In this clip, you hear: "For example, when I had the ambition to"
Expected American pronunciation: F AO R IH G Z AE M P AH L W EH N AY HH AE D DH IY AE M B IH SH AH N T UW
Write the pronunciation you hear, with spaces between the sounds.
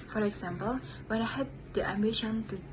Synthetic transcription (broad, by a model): F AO R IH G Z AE M P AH L W EH N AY HH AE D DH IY AE M B IH SH AH N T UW